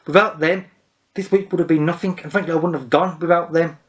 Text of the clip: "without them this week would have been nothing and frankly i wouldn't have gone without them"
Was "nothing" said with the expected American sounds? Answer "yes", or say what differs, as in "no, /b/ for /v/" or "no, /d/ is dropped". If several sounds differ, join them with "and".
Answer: yes